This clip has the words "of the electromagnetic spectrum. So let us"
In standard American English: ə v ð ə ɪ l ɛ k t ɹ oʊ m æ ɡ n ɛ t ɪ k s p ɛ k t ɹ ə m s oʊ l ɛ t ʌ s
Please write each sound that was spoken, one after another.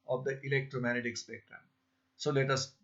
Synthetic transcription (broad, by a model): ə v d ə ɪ l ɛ k t ɹ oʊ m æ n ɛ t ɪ k s b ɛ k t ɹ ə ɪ s oʊ l ɛ t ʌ s